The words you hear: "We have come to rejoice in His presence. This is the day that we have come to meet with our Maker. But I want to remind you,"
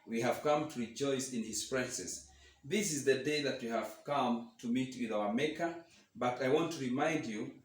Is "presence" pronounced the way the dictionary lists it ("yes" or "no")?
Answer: no